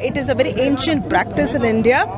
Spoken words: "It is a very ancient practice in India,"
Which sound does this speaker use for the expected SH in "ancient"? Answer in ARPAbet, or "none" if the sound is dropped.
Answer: SH